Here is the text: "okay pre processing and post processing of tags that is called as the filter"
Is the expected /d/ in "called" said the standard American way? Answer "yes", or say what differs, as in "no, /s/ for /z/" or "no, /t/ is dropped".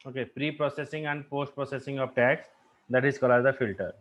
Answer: no, /d/ is dropped